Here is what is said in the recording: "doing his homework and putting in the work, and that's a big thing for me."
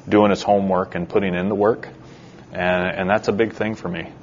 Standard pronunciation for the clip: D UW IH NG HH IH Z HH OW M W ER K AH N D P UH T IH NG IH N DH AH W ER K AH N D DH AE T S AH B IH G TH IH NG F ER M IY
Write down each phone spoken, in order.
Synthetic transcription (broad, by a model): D UW IH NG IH S HH OW M W ER K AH N P UH T IH NG IH N DH AH W ER K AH N DH AE T S AH B IH G TH IH NG F ER M IY